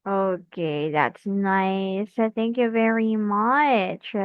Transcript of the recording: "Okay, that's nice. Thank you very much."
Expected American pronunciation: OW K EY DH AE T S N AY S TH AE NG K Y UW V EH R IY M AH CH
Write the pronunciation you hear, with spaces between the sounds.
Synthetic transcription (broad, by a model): OW K EY DH AE T S N AY S TH AE NG K Y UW V EH R IY M AH CH